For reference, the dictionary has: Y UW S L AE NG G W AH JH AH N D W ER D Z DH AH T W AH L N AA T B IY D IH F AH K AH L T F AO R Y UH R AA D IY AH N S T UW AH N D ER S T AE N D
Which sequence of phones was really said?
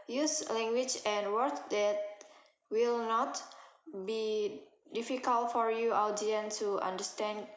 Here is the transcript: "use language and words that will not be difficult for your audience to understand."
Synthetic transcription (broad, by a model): Y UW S L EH NG G W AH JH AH N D W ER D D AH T W AH L N AA T B IY D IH F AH K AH L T F AO R Y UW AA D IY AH N T UW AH N D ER S T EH N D